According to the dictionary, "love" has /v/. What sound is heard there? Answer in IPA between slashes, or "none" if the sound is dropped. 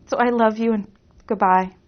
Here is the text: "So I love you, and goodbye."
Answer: /v/